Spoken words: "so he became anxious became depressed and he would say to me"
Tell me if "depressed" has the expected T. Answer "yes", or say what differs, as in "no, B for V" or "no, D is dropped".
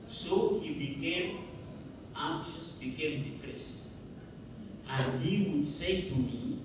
yes